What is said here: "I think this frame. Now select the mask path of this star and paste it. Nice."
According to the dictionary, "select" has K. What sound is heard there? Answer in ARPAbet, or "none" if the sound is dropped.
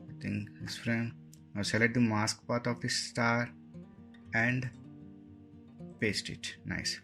none